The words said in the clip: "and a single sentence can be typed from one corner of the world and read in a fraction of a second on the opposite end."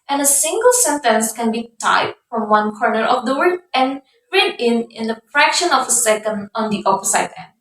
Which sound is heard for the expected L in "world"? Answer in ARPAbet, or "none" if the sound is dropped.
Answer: none